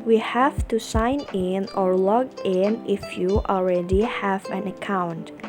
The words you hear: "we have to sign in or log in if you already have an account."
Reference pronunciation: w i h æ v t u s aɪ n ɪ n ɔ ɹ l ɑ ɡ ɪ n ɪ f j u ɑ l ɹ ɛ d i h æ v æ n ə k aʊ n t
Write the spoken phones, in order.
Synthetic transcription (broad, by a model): w i h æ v t u s aɪ n ɪ n ɔ ɹ l ɑ ɡ ɪ n ɪ f j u ɑ l ɹ ɛ d i h æ v æ n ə k aʊ n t